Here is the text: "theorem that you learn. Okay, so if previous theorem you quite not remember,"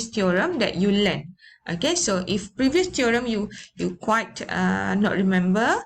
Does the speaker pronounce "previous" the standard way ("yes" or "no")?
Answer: yes